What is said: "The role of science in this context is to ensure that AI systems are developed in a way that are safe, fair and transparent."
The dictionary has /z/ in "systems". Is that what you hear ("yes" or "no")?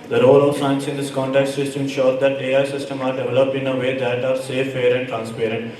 no